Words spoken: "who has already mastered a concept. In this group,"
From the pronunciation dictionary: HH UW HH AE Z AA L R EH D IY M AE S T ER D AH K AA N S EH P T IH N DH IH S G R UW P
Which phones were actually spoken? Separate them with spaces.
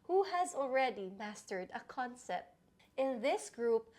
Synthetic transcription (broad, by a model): HH UW HH AE Z AA L R EH D IY M AE S T ER D AH K AA N S EH P T IH N DH IH S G R UW P